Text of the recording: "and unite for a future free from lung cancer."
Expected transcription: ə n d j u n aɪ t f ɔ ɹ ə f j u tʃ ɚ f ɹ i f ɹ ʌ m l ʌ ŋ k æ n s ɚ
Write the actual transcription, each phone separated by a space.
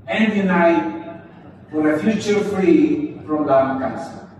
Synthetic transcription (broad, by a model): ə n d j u n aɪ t f ɔ ɹ ə f j u tʃ ɚ f ɹ i p ɹ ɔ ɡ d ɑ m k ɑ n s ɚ